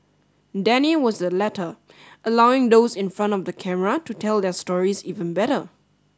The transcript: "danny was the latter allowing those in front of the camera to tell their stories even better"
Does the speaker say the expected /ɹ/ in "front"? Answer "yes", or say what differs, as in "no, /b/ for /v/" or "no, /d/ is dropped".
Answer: yes